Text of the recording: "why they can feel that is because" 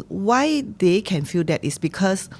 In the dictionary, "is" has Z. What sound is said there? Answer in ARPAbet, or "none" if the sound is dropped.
S